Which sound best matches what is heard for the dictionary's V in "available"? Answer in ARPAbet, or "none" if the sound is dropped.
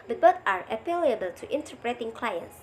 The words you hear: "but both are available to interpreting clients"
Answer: P